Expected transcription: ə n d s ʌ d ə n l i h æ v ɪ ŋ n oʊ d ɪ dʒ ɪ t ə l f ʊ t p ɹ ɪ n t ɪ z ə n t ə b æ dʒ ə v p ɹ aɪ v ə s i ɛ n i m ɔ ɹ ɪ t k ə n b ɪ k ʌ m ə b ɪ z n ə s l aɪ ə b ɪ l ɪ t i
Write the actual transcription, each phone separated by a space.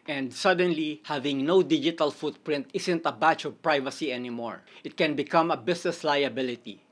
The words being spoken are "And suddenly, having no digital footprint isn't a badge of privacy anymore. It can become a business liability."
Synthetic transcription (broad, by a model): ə n d s ʌ d ə n l i h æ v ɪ ŋ n oʊ d ɪ dʒ ɪ t ə l f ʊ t p ɹ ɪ n t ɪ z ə n t ə b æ tʃ ə v p ɹ aɪ v ə s i ɛ n i m ɔ ɹ ɪ t k ə n b ɪ k ʌ m ə b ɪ s n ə s l aɪ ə b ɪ l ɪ t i